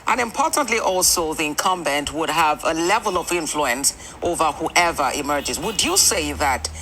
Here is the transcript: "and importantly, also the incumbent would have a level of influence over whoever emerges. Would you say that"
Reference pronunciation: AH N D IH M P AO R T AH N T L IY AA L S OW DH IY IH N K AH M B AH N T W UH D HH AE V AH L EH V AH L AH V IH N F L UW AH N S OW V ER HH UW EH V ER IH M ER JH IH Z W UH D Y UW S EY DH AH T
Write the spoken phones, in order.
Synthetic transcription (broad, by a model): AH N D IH M P AO R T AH N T L IY AA L S OW DH IY IH N K AH M B AH N T W UH D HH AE V AH L EH V AH L AH V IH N F L UW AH N S OW V ER HH UW EH V ER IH M ER JH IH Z W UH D Y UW S EY DH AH T